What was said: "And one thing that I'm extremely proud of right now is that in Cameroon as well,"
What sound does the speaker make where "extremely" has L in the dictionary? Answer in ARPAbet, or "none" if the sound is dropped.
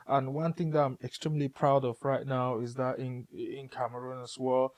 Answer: L